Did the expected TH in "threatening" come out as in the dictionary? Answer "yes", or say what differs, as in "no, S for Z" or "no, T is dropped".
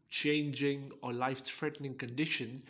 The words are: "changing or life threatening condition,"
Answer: no, F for TH